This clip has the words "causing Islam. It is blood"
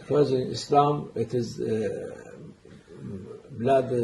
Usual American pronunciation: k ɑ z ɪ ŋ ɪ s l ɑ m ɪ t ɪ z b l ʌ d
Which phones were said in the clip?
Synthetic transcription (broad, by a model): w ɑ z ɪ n ɪ s l ɑ m ɪ t ɪ z b l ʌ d